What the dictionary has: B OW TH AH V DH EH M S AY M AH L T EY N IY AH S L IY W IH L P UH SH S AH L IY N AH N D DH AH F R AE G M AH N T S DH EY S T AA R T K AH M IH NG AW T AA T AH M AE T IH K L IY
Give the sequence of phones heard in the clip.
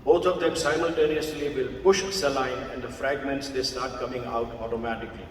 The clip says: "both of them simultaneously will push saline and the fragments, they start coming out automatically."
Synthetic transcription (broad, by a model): B OW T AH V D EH M S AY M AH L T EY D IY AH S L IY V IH L P UH SH S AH L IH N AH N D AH F R AE G M AH N T S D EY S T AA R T K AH M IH NG AW T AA T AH M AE T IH K L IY